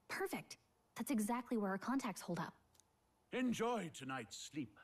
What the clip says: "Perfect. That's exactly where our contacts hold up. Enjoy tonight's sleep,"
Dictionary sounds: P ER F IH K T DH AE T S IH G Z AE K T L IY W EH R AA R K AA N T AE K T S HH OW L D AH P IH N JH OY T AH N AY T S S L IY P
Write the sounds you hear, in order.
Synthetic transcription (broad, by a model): P ER F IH K T DH AE T S IH G Z AE K T L IY W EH R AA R K AA N T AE K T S HH OW L D AH P IH N JH OY T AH N AY T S S L IY P